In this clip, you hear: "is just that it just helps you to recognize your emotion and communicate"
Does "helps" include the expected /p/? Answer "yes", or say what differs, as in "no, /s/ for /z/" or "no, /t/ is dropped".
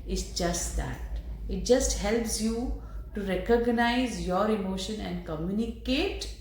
yes